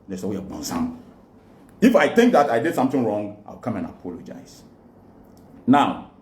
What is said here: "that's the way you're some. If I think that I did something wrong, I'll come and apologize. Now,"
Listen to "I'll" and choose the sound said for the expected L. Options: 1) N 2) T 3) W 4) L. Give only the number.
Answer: 3